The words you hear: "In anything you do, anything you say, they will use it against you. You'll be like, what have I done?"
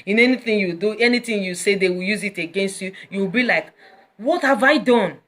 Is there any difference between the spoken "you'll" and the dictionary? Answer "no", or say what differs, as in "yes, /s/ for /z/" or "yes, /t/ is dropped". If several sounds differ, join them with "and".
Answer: yes, /w/ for /l/